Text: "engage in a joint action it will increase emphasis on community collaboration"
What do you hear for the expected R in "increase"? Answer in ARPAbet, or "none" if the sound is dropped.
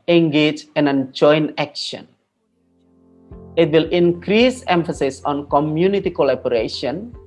R